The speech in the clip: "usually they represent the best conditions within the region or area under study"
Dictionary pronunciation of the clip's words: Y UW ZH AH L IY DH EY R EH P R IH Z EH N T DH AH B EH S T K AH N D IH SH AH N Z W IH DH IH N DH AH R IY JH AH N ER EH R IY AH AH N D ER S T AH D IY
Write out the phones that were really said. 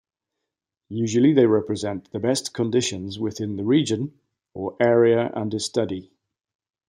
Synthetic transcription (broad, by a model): Y UW ZH AH L IY DH EY R EH P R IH Z EH N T DH AH B EH S K AH N D IH SH AH N Z W IH DH IH N DH AH R IY JH AH N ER EH R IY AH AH N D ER S T AH D IY